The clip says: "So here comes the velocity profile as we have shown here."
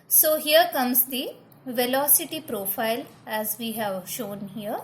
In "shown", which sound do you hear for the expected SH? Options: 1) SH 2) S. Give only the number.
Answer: 1